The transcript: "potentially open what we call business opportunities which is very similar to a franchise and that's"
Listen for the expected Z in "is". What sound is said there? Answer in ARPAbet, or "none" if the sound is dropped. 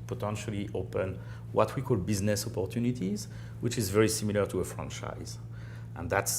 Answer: Z